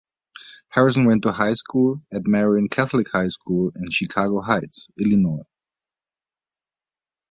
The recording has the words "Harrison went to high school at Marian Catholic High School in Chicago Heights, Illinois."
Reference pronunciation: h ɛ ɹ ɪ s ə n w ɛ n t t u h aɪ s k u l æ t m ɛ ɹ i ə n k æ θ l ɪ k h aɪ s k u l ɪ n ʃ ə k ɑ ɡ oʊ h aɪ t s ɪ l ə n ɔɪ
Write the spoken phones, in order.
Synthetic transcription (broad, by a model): h ɛ ɹ ɪ s ə n w ɛ n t t u h aɪ s k u l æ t m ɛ ɹ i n k æ θ l ɪ k h aɪ s k u l ɪ n ʃ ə k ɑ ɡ oʊ h aɪ t s ɪ l ə n ɔɪ